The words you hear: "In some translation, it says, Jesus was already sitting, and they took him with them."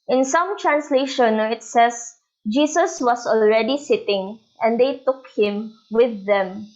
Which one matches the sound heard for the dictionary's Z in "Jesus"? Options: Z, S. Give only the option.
S